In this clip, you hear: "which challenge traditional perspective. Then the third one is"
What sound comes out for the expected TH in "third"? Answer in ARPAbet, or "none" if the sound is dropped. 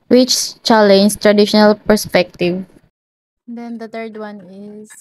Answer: T